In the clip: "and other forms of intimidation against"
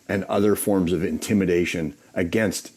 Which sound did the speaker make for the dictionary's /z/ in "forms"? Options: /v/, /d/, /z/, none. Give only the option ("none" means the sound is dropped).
/z/